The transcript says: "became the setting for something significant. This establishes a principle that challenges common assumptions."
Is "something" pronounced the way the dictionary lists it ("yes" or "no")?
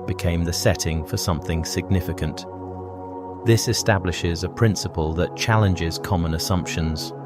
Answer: yes